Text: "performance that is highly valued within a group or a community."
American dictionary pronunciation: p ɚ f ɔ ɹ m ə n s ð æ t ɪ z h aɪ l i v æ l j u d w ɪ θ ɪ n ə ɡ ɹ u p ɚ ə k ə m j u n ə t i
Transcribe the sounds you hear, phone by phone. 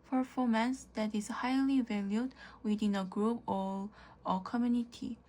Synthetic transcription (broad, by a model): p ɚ f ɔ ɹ m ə n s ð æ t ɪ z h aɪ l i v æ l j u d w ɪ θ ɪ n ə ɡ ɹ u p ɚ ə k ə m j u n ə t i